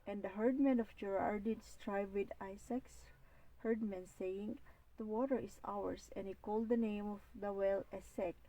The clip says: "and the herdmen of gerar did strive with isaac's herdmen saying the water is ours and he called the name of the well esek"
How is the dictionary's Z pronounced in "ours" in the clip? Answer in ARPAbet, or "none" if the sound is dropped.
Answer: S